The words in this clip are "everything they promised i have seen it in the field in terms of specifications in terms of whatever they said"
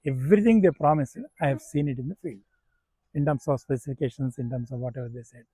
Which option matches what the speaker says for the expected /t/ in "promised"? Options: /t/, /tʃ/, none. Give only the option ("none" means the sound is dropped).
none